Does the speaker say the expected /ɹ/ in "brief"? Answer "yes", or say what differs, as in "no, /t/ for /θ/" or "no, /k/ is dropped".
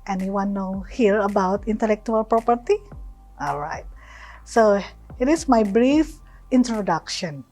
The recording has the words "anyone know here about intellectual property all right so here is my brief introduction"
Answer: yes